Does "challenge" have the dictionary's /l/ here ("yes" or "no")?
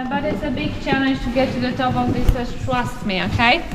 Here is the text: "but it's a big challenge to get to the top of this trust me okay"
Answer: no